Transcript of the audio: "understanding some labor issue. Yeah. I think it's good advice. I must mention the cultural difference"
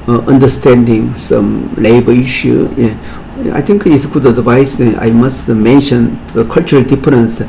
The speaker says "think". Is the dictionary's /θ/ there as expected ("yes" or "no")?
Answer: no